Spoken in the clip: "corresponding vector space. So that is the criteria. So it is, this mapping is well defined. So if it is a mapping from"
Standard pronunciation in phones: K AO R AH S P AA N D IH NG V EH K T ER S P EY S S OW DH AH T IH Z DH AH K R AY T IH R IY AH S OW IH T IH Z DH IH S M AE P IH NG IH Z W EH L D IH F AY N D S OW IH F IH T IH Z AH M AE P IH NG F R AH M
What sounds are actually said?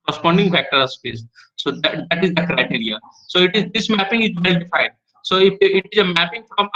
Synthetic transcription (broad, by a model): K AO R S P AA N D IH NG F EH K T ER S P EY S S OW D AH T IH Z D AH K R AY T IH R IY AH S OW IH T IH Z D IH S M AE P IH NG IH Z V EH L D IH F AY N D S OW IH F IH T IH Z AH M AE P IH NG F R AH M